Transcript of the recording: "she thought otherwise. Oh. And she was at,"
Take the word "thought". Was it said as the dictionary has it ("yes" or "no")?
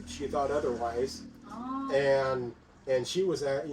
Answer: yes